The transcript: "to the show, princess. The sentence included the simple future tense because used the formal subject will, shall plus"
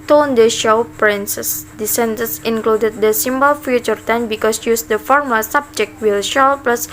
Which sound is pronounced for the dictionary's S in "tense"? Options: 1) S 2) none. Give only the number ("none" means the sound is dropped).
2